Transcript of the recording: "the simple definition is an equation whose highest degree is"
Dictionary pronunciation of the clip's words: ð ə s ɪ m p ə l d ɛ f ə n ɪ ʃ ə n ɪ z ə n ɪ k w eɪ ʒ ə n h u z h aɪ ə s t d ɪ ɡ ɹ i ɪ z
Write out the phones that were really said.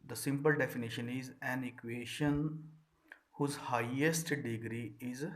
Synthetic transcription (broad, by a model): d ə s ɪ m p ə l d ɛ f ə n ɪ ʃ ə n ɪ z ə n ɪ k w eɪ ʃ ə n h u z h aɪ ə s t d ɪ ɡ ɹ i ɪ z